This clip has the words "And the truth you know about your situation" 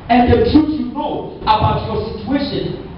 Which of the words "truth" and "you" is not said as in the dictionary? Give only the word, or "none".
truth